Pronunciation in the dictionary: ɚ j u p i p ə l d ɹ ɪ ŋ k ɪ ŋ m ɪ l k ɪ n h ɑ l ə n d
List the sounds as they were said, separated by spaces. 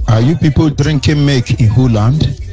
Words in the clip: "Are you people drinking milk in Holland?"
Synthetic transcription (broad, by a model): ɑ j u p i p ə l d ɹ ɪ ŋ k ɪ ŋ m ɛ k ɪ n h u l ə n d